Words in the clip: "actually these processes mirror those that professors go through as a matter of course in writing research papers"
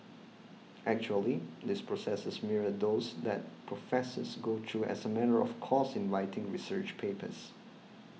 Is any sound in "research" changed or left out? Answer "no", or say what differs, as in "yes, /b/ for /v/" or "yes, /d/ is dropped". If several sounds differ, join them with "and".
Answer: no